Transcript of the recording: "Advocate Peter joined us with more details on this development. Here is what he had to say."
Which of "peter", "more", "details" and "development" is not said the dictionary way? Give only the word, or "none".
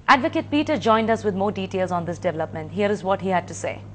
none